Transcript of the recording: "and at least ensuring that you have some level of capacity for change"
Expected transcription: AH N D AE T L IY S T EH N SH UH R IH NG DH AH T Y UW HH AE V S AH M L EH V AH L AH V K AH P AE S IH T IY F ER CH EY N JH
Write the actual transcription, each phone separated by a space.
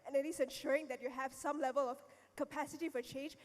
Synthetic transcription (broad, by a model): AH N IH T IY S EH N SH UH R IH NG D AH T Y UW HH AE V S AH M L EH V AH L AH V K AH P AE S IH T IY F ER CH EY N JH